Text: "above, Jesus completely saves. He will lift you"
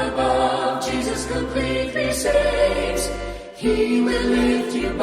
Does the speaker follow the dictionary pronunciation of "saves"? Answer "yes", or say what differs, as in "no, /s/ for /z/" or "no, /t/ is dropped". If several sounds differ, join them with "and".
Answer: no, /v/ is dropped